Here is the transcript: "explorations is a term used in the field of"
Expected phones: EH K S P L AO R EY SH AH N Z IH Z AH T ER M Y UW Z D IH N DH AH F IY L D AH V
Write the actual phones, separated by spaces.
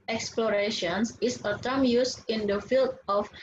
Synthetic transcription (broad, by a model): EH K S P L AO R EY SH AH N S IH S AH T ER M Y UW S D IH N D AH F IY L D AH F